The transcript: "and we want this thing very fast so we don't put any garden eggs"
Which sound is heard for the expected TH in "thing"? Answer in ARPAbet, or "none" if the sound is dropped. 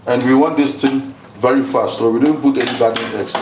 T